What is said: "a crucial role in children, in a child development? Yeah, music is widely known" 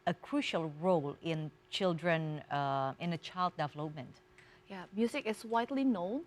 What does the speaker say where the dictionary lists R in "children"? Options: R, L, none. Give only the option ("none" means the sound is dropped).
R